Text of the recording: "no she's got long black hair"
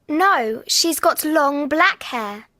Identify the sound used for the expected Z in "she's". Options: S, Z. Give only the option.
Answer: Z